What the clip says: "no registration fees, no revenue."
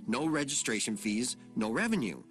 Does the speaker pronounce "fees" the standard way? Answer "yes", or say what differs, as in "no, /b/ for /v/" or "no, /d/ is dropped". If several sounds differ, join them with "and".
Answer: yes